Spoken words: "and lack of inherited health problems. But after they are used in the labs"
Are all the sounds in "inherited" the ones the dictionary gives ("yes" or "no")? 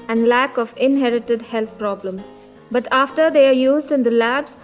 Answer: yes